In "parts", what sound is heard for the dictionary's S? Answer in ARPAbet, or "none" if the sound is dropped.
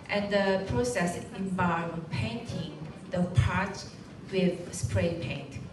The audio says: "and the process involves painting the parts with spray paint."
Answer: none